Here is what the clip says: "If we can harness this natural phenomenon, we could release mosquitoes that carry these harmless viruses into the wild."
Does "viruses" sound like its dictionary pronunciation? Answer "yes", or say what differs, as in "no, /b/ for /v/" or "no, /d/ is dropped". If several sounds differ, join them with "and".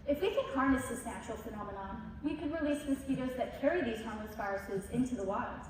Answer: no, /f/ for /v/